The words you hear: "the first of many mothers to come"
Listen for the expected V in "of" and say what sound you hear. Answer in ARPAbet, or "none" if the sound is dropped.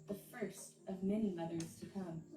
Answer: V